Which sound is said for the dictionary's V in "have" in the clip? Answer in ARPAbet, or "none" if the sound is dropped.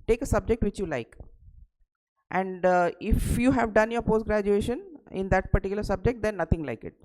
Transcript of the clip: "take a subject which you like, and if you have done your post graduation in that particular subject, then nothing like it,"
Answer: V